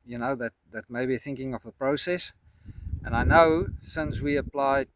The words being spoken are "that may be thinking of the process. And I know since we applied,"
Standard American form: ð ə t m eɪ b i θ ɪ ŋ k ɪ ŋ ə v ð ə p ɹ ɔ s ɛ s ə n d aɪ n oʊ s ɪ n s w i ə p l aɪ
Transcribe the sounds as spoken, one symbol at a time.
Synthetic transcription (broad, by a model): ð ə t m eɪ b i θ ɪ ŋ k ɪ ŋ ə v ð ə p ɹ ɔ s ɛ s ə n aɪ n oʊ s ɪ n s w i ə p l aɪ